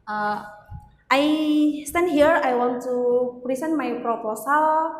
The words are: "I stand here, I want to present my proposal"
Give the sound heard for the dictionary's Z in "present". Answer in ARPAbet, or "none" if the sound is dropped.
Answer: S